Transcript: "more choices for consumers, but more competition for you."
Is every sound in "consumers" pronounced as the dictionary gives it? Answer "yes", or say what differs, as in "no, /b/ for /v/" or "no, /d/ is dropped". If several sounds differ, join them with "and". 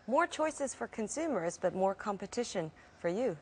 yes